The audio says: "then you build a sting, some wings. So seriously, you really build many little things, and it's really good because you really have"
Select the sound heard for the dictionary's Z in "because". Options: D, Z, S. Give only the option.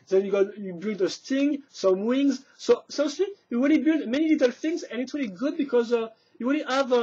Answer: Z